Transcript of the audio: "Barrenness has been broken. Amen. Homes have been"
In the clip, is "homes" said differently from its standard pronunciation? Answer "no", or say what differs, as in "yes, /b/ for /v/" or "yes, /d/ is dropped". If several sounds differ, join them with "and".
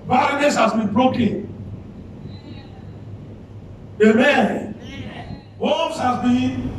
yes, /s/ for /z/